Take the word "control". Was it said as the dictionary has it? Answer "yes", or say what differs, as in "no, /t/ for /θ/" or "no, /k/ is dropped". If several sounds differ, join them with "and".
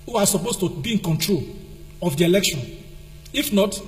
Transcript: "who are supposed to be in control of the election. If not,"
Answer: yes